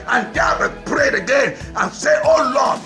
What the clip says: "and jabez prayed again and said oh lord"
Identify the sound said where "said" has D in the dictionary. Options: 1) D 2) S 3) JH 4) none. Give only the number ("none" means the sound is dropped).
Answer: 4